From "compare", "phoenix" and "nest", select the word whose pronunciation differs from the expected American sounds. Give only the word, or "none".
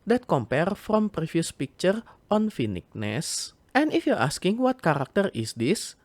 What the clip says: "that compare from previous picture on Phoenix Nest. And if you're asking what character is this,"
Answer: phoenix